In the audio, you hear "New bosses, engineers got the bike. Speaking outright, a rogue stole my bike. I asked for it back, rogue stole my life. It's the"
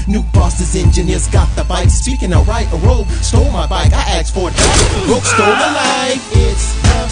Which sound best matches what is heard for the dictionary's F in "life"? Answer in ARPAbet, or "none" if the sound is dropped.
none